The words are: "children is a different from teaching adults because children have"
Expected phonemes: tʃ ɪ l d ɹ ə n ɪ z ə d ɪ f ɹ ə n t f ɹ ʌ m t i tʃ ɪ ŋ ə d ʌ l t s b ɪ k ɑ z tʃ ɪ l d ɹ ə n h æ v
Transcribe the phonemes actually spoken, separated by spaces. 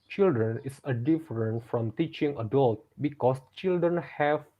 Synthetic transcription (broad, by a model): tʃ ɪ l d ɹ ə n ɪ s ə d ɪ f ɹ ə n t f ɹ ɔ m t i tʃ ɪ ŋ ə d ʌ l t b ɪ k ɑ s tʃ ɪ l d ɹ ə n h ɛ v